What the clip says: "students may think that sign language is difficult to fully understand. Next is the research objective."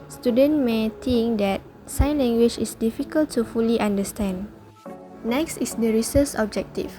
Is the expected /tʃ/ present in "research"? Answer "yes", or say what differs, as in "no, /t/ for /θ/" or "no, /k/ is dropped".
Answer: no, /s/ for /tʃ/